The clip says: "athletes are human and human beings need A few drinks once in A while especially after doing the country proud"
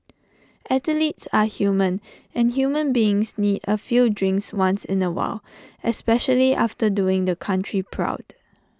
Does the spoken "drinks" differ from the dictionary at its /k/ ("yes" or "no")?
no